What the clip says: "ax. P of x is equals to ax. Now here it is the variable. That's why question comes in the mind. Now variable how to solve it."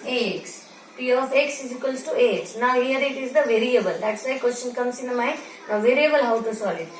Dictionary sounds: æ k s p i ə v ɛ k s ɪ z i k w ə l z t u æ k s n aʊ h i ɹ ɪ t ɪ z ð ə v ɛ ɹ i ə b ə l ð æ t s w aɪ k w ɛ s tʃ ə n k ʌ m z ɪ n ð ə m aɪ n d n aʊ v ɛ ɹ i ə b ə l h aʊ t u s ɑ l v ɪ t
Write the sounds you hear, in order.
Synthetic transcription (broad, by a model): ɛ k s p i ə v ɛ k s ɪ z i k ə l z t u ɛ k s n aʊ h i ɹ ɪ t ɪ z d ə v ɛ ɹ i ə b ə l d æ t s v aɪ k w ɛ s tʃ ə n k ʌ m s ɪ n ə m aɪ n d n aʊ v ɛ ɹ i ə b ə l h aʊ t u s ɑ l ɪ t